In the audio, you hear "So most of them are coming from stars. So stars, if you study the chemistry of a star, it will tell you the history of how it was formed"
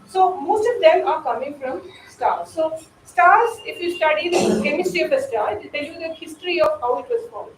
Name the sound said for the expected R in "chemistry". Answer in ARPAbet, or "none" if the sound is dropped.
none